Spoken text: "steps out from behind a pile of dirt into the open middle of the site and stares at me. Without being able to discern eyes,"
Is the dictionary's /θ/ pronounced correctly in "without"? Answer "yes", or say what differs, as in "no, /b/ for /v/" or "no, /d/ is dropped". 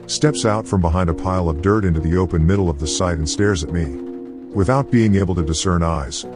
yes